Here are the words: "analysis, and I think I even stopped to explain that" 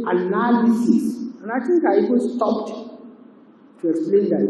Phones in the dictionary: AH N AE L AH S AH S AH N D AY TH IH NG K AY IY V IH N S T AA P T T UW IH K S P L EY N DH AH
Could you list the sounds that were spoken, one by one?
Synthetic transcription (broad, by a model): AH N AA L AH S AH S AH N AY T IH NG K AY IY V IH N S T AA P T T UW IH K S P L EY N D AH